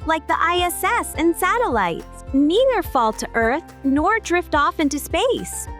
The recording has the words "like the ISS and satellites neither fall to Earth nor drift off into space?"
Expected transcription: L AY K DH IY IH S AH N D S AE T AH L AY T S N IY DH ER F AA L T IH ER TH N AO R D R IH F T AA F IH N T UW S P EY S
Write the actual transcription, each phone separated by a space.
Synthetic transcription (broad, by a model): L AY K DH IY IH S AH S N S AE T AH L AY T S N IY DH ER F AA L T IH ER TH N AO R D R IH F T AA F IH N T UW S P EY S